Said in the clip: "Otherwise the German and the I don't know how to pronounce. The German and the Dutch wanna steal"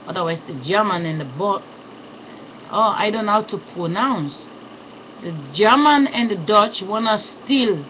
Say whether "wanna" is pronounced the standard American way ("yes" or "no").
yes